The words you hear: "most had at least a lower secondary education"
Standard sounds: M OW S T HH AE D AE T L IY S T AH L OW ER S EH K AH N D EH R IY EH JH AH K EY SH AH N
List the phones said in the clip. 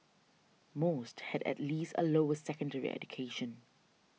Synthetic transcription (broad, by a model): M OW S T HH AE D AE T L IY S T AH L OW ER S EH K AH N D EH R IY EH JH AH K EY SH AH N